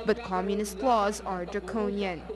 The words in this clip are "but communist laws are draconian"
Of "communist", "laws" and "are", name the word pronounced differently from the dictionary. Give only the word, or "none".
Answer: none